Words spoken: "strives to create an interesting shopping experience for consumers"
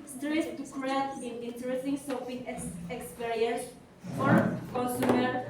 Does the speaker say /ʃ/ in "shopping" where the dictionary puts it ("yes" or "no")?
no